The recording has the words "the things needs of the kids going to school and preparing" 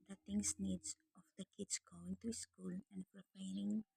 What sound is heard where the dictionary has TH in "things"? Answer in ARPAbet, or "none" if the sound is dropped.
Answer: T